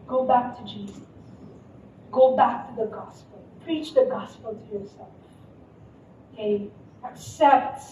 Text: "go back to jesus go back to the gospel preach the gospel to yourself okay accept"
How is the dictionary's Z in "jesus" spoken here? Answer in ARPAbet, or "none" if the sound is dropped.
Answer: Z